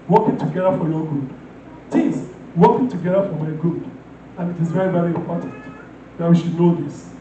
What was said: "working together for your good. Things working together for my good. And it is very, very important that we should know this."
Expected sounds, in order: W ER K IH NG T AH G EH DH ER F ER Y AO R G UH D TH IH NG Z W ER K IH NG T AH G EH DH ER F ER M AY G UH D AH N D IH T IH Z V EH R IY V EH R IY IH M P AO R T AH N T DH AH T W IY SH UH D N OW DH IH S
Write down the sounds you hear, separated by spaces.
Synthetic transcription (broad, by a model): W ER K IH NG T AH G EH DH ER F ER Y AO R G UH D T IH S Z W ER K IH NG T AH G EH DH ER F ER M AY G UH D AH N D IH T IH Z V EH R IY V EH R IY IH M P AO R T AH N T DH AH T W IY SH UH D N OW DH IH S